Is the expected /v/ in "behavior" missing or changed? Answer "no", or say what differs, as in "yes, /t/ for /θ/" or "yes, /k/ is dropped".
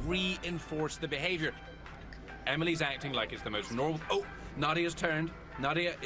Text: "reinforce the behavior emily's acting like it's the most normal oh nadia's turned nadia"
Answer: no